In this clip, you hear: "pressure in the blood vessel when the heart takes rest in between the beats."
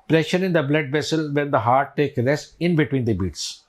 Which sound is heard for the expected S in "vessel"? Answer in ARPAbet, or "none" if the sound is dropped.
S